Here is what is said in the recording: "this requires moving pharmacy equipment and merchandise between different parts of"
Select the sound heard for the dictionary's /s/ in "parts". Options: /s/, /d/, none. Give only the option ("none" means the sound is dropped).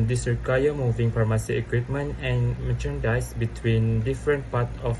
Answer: none